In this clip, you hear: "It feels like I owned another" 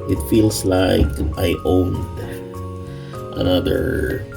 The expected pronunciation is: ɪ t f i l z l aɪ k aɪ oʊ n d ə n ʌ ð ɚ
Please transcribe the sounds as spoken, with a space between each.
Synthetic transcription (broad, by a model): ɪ t f i l s l aɪ k aɪ oʊ n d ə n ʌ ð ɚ